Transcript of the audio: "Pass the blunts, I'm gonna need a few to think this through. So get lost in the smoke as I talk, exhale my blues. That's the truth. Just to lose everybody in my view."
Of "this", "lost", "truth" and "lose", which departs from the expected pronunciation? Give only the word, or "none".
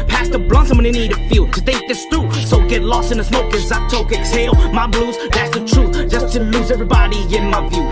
none